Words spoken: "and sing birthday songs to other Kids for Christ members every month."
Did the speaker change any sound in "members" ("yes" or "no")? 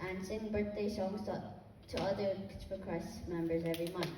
no